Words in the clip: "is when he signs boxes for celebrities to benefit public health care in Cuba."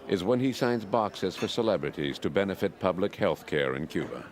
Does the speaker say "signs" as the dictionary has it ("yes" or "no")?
yes